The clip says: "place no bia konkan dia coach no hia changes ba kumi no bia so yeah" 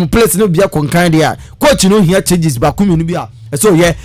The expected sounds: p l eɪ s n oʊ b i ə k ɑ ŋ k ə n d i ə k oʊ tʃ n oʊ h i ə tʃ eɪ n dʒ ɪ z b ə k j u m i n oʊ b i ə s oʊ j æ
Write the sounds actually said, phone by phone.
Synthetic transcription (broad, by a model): p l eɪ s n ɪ b i ə k ɑ ŋ k ə n d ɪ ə k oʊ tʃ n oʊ h i ə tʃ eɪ dʒ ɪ s b ə k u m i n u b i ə s oʊ j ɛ